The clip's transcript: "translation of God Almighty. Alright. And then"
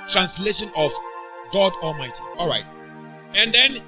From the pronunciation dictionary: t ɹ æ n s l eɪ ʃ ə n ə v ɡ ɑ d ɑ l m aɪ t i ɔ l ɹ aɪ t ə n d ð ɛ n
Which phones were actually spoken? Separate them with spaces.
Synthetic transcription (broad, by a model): t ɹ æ n s l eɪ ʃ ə n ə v ɡ ɑ d ɑ l m aɪ t i ɔ l ɹ aɪ t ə n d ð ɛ n